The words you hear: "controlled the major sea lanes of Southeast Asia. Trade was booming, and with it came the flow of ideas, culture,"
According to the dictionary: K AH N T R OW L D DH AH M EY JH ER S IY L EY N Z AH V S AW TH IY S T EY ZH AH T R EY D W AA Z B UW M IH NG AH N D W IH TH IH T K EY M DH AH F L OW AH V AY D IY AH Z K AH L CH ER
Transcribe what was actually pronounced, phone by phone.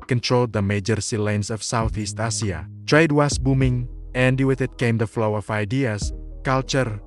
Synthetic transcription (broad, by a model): K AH N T R OW L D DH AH M EY JH ER S IY L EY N S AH F S AW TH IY S T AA S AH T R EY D W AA S B UW M IH NG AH N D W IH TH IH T K EY M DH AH F L OW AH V AY D IY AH S K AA L CH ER